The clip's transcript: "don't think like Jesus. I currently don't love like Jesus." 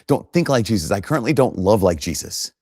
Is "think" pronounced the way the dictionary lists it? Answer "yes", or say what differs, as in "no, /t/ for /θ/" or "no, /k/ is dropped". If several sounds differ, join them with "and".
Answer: yes